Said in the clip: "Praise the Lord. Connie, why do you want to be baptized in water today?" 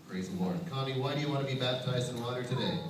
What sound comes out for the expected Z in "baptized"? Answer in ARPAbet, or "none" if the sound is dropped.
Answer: Z